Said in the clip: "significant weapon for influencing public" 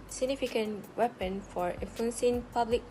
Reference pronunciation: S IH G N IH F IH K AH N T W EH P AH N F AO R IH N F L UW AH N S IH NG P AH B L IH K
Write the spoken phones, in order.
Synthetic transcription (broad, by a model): S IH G N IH F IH K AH N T W EH P AH N F AO R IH F UW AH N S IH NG P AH B L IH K